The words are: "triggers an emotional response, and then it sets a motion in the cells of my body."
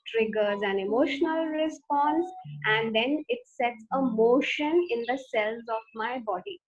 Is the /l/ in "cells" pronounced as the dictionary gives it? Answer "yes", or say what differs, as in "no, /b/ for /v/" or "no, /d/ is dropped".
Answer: yes